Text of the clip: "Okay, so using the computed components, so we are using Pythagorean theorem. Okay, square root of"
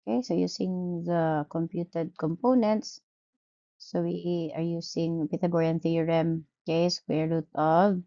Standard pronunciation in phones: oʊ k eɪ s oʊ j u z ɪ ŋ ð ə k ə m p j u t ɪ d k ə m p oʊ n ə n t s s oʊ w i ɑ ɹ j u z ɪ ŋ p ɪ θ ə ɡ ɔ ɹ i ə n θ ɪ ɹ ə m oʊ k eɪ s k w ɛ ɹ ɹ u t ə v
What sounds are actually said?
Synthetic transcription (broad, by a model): k eɪ s oʊ j u s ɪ ŋ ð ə k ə m p j u t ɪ d k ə m p oʊ n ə n t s s oʊ w i ɑ ɹ j u s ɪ ŋ p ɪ t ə ɡ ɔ ɹ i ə n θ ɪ ɹ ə m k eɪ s w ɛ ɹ ɹ u t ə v